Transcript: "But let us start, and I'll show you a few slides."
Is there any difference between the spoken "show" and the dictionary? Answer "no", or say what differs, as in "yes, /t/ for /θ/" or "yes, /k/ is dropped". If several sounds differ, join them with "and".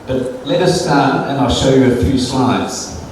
no